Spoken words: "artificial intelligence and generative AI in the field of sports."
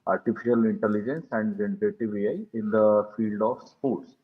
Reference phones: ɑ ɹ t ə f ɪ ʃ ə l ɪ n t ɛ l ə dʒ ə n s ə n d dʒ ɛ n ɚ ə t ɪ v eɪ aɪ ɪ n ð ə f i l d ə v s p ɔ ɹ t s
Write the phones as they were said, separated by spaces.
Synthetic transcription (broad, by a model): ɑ ɹ t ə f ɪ ʃ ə l ɪ n t ɛ l ə dʒ ə n s ə n d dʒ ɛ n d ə t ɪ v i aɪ ɪ n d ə f i l d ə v s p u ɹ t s